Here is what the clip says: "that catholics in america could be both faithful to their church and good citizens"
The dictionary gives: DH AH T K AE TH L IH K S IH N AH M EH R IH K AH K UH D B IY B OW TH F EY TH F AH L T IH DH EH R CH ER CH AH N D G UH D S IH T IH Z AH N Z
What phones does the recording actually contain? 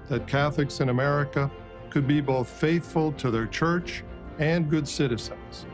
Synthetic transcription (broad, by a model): DH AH T K AE TH L IH K S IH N AH M EH R IH K AH K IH D B IY B OW TH F EY TH F AH L T IH DH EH R CH ER CH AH N G UH D S IH T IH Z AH N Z